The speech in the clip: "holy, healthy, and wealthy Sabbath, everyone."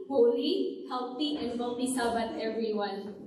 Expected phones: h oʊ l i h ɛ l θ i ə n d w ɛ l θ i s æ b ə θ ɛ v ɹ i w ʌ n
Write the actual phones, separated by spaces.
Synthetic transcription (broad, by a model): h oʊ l i h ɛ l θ i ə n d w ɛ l t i s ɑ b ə t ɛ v ɹ i w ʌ n